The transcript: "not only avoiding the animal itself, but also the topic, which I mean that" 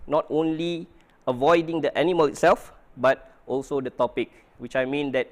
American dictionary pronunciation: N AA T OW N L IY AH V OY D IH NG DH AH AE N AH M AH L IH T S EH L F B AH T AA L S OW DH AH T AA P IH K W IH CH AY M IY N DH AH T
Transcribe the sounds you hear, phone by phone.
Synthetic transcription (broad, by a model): N AA T OW N L IY AH V OY D IH NG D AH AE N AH M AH L IH T S EH L F B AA T AA L S OW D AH T AA P IH K W IH CH AY M IY N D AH T